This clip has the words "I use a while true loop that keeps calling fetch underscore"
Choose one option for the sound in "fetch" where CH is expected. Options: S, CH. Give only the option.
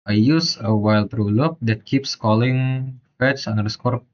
S